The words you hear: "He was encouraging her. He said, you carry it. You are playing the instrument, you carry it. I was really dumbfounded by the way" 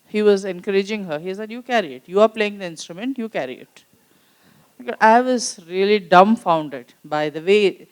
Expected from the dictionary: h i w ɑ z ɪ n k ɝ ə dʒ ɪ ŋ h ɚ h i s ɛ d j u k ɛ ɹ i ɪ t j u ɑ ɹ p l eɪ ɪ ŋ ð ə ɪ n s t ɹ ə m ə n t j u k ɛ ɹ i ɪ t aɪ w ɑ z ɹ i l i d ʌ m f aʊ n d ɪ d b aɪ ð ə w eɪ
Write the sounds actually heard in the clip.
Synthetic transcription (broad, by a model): h i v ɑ z ɪ n k ɝ ə dʒ ɪ ŋ h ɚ h i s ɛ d j u k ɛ ɹ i ɪ t j u ɑ ɹ p l eɪ ɪ ŋ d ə ɪ n s t ɹ ə m ə n t j u k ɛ ɹ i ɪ t aɪ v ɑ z ɹ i l i d ʌ m f aʊ n d ɪ d b aɪ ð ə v eɪ